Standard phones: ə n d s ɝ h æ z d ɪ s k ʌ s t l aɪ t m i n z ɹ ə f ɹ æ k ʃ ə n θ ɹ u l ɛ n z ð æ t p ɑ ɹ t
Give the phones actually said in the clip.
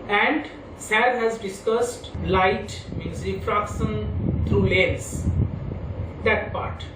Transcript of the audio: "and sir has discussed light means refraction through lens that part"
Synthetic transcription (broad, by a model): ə n d s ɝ h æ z d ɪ s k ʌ s t l aɪ t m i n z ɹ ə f ɹ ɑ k s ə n t ɹ u l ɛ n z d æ t p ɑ ɹ t